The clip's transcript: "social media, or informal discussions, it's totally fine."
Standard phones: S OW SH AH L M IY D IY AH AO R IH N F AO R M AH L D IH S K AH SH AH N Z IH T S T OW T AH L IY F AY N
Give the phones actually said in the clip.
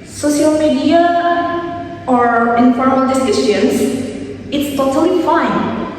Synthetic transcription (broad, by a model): S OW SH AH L M IY D IY AH AO R IH N F AO R M AH L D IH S IH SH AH N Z IH T S T OW T AH L IY F AY N